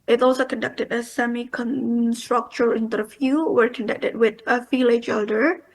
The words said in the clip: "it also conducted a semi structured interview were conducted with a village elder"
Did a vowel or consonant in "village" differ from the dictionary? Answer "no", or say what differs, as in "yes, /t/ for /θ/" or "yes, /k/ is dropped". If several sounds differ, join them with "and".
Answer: yes, /f/ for /v/